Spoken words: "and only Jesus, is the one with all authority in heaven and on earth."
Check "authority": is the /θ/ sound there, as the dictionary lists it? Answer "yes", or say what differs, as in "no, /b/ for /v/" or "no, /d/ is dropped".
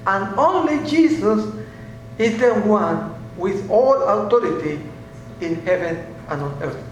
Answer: no, /t/ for /θ/